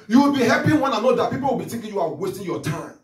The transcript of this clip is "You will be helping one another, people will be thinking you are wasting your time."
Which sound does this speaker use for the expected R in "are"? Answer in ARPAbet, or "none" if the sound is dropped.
W